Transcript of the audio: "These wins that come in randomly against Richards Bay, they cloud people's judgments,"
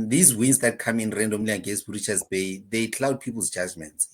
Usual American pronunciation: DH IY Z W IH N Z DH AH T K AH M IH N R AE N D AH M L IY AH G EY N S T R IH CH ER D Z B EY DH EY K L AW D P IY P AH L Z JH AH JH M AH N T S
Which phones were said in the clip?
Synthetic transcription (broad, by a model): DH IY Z W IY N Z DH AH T K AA M IH N R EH N D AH M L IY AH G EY S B R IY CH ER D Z B EY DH EY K L AW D P IY P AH L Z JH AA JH M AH N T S